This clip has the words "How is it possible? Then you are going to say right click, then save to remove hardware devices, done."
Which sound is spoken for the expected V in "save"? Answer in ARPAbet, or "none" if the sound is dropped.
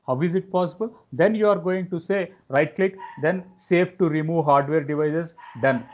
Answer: F